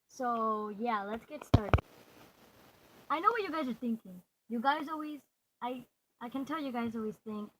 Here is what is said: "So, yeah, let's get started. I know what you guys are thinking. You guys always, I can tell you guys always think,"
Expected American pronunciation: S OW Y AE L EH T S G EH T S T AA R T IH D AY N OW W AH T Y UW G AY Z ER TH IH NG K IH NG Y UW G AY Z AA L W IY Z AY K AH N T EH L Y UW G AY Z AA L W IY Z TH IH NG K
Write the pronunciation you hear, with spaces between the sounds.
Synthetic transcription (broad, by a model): S OW Y AE L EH T S G EH T S T AA R T IH D AY N OW W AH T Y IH G AY Z ER TH IH NG K IH NG Y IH G AY Z AA L W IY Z AY K AH N T EH L Y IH G AY Z AA L W IY Z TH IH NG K